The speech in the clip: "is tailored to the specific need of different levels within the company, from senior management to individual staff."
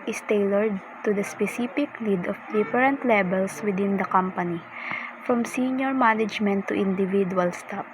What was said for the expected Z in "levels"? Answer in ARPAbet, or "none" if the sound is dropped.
S